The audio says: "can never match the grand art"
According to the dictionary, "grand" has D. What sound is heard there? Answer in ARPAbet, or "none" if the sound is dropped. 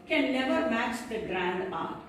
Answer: D